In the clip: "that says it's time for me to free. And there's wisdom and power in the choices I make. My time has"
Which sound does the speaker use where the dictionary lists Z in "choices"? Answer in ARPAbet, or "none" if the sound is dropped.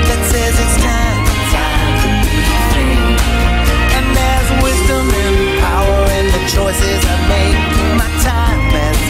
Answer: Z